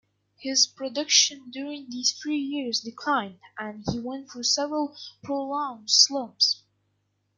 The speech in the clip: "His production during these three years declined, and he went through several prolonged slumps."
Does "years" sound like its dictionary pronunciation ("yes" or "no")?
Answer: yes